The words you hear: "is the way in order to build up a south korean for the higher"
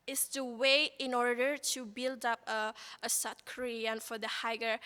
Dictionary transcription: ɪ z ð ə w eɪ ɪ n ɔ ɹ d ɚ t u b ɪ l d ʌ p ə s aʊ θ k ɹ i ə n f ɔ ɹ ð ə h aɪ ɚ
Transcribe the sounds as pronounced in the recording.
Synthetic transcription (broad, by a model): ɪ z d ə w eɪ ɪ n ɔ ɹ d ɚ t u b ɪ l d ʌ p ə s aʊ t k ɹ i ə n f ɔ ɹ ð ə h aɪ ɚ